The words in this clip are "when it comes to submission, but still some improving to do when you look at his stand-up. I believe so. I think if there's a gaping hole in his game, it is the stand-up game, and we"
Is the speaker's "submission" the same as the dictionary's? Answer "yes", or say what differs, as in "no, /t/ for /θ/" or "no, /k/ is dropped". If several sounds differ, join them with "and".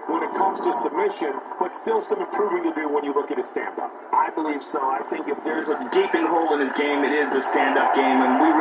yes